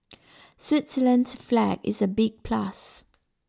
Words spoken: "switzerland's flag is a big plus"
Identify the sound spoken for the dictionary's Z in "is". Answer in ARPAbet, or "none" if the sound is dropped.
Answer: Z